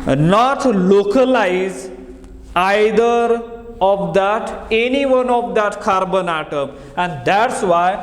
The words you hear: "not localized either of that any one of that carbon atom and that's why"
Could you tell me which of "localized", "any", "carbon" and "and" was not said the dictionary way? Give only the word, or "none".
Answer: localized